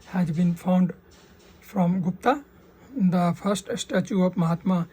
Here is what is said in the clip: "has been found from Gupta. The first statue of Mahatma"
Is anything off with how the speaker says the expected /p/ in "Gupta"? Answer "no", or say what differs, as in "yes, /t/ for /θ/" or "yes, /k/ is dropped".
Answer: no